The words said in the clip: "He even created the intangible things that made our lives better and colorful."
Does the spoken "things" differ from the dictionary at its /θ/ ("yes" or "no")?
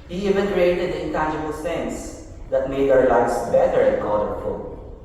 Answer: yes